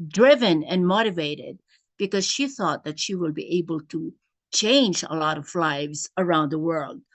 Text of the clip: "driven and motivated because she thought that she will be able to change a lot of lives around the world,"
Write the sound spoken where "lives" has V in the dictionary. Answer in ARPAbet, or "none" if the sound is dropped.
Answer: V